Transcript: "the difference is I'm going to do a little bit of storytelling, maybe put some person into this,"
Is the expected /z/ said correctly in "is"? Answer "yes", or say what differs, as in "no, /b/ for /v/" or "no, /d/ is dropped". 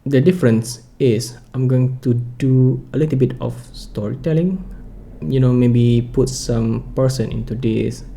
no, /s/ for /z/